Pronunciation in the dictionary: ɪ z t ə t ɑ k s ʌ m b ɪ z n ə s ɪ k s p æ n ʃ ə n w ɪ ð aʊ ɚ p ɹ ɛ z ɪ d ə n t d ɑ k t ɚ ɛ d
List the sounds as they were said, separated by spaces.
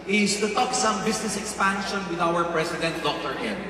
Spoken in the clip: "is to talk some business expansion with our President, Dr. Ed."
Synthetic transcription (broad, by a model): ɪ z t ə t ɑ k s ʌ m b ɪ s n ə s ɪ k s p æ n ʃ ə n w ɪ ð aʊ ɚ p ɹ ɛ s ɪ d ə n t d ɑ k t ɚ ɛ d